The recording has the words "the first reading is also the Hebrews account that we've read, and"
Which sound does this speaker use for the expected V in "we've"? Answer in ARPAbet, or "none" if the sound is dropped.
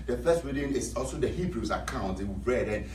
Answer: B